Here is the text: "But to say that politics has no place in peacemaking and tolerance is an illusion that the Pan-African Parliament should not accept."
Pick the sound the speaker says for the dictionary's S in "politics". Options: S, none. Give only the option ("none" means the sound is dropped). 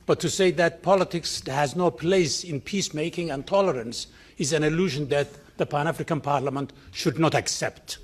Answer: S